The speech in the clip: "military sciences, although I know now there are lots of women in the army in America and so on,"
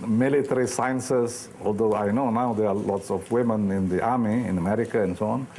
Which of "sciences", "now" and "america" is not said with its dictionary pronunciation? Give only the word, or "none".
sciences